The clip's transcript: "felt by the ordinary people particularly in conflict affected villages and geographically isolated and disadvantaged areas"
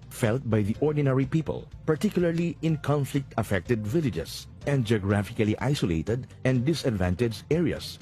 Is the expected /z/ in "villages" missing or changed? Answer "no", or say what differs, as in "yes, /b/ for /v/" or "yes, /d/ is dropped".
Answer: yes, /s/ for /z/